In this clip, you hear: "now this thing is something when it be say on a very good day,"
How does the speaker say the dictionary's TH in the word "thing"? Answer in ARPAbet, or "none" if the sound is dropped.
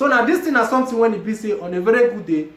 T